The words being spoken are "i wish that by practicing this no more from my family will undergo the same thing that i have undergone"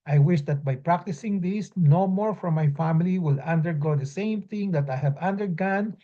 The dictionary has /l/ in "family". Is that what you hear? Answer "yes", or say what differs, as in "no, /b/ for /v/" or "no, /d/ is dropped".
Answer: yes